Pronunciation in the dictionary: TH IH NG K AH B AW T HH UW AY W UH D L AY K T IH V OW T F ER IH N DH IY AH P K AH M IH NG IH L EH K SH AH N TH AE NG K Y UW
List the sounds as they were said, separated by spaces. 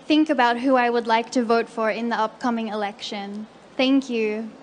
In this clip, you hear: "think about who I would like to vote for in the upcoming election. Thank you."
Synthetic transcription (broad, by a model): TH IH NG K AH B AW T HH UW AY W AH D L AY K T IH V OW T F ER IH N DH IY AH P K AH M IH NG IH L EH K SH AH N TH AE NG K Y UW